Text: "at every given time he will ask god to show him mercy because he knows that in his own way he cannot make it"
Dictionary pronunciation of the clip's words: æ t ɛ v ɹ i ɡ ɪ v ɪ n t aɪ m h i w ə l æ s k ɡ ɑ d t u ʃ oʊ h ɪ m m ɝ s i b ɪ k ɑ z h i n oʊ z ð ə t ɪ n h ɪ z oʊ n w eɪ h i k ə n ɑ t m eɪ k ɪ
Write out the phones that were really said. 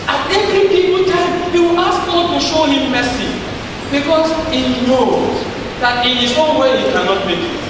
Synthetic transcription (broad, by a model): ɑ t ɛ v ɹ i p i p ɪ l t aɪ m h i w ə l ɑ s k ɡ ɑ t u ʃ oʊ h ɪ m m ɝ s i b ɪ k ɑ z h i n oʊ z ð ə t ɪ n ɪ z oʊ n w eɪ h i k ə n ɑ t m eɪ k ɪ